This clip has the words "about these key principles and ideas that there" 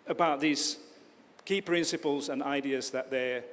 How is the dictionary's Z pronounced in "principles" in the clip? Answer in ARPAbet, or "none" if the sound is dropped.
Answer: Z